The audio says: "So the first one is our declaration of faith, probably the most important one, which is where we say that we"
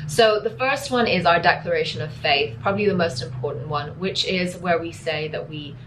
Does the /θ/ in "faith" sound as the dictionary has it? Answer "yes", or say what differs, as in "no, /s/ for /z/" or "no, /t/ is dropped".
yes